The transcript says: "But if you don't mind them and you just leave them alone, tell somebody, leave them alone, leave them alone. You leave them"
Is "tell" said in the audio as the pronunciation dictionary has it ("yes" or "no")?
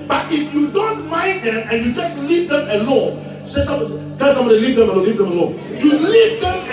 no